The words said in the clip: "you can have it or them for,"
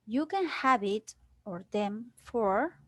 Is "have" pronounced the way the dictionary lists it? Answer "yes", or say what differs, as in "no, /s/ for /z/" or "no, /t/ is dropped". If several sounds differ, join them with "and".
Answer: no, /b/ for /v/